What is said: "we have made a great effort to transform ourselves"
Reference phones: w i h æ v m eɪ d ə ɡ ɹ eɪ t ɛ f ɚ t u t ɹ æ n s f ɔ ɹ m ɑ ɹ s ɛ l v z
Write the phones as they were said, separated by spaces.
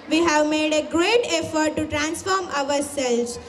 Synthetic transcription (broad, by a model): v i h æ v m eɪ d ə ɡ ɹ eɪ t ɛ f ɚ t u t ɹ æ n s f ɔ ɹ m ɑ ɹ s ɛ l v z